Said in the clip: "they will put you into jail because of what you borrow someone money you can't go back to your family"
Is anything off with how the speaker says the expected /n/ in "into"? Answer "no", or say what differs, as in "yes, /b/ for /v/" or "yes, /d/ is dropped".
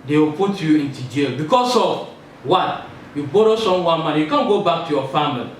no